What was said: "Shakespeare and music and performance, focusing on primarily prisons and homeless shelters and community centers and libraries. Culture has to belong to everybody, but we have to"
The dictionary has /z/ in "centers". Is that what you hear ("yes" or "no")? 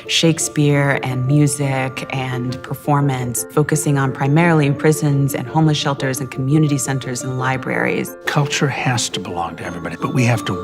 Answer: yes